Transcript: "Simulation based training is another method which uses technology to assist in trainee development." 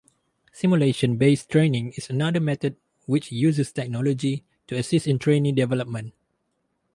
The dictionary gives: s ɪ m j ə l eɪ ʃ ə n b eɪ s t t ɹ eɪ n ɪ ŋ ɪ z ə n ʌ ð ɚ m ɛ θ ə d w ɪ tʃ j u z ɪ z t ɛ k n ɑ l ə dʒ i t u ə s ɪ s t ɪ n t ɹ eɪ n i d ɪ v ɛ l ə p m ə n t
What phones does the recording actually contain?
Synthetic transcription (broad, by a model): s ɪ m j ə l eɪ ʃ ə n b eɪ s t t ɹ eɪ n ɪ ŋ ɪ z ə n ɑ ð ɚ m ɛ t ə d w ɪ tʃ j u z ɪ s t ɛ k n ɑ l ə dʒ i t u ə s ɪ s t ɪ n t ɹ eɪ n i d ɪ v ɛ l ə p m ə n t